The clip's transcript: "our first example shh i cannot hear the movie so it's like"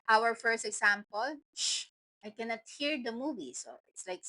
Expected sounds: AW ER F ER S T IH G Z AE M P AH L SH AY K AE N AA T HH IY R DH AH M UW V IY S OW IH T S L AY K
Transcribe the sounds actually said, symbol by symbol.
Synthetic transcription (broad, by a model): AW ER F ER S T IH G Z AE M P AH L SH AY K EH N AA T HH IY R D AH M UW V IY S OW IH T S L AY K